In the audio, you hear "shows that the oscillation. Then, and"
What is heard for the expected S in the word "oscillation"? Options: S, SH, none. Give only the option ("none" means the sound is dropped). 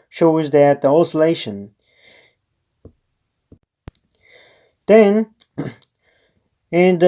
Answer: S